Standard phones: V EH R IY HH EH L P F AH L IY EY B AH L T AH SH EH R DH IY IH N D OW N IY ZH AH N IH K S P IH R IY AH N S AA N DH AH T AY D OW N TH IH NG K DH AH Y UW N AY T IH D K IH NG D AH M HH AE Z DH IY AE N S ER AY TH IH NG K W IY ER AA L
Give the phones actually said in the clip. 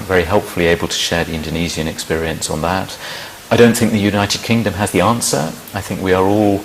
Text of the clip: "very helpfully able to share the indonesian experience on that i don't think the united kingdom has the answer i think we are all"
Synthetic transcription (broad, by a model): V EH R IY HH EH L P F AH L IY EY B AH L T AH SH EH R DH IY IH N D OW N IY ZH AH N IH K S P IH R IY AH N S N DH AH T AY D OW N TH IH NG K DH AH Y UW N AY T IH D K IH NG D AH M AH Z DH IY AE N S ER AY TH IH NG K W IY ER AA L